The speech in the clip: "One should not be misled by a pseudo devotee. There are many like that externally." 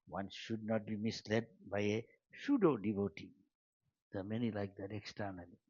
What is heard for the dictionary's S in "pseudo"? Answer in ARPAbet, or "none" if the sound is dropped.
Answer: SH